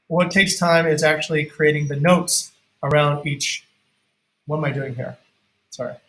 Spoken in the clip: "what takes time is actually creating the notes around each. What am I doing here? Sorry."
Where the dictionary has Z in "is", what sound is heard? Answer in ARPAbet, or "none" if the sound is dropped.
Z